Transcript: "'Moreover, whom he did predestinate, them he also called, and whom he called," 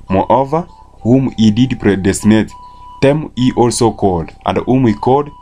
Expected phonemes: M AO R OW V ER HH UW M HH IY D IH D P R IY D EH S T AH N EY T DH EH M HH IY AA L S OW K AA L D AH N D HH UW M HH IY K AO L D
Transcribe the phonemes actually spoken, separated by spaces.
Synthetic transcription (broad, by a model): M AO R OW V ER HH UW M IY D IH D P R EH D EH S T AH N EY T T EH M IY AA L S OW K AA L D AH N D HH UW M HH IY K AO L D